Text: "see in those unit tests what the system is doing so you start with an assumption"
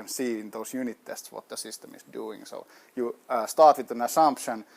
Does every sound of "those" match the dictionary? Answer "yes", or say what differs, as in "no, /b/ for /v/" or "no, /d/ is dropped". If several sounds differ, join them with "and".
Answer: no, /s/ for /z/